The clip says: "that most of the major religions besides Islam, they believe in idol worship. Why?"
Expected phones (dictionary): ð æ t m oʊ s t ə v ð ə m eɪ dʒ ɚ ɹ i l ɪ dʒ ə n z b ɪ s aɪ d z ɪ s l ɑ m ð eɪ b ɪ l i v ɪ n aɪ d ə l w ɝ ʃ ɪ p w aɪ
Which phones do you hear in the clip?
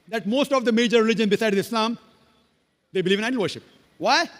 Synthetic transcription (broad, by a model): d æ t m oʊ s t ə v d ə m eɪ dʒ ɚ ɹ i l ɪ dʒ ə n b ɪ s aɪ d ɪ s l ɑ m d eɪ b ɪ l i v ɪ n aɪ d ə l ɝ ʃ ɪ p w aɪ